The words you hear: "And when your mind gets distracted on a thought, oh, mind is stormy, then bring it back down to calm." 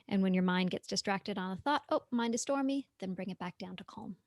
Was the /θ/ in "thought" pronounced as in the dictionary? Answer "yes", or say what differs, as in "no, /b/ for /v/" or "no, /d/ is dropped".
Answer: yes